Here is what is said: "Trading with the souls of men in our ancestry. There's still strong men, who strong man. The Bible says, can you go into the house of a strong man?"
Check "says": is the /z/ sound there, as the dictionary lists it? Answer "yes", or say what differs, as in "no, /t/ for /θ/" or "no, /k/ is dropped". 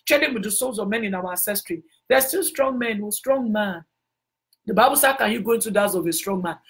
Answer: no, /z/ is dropped